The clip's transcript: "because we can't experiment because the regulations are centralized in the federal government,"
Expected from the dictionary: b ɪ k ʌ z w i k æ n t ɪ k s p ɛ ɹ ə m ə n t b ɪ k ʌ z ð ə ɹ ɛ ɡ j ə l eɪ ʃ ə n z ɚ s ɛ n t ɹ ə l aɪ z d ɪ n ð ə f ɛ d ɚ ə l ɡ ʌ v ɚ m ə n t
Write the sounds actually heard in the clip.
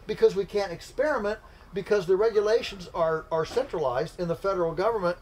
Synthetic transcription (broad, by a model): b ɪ k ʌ z w i k æ n t ɪ k s p ɛ ɹ ə m ə n t b ɪ k ʌ z ð ə ɹ ɛ ɡ j ə l eɪ ʃ ə n z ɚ s ɛ n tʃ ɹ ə l aɪ z d ɪ n ð ə f ɛ d ɚ l ɡ ʌ v ɚ m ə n t